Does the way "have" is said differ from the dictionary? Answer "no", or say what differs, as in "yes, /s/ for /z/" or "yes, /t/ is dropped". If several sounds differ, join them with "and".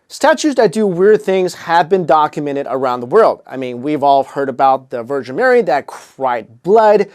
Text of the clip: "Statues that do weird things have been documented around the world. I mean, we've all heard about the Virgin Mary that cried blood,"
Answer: no